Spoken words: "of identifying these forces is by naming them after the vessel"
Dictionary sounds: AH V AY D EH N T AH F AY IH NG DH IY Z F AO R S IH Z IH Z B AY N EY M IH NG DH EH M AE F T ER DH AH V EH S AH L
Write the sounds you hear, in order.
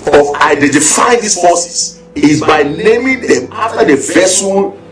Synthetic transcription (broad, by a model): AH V AY D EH N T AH F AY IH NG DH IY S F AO S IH S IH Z B AY N EY M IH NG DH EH M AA F T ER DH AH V EH S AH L